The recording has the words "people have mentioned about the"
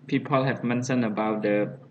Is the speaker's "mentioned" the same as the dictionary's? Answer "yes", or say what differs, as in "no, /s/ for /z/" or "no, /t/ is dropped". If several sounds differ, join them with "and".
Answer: no, /d/ is dropped